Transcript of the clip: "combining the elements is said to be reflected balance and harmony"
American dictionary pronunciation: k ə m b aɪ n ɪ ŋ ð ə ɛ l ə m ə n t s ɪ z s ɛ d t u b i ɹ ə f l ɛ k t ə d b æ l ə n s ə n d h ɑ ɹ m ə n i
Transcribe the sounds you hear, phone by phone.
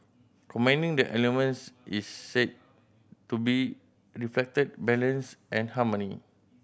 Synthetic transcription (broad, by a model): k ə m aɪ n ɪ ŋ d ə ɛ l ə m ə n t s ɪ s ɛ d t u b i ɹ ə f l ɛ k t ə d b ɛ l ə n s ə n h ɑ m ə n i